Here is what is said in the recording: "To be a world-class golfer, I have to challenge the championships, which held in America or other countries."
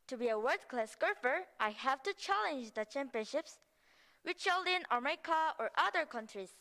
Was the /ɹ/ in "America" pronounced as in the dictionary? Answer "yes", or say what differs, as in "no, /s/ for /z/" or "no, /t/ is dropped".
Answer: no, /ɹ/ is dropped